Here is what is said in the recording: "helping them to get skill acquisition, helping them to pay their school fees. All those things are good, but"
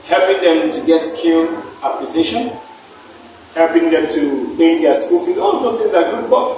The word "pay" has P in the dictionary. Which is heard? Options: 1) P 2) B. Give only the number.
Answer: 2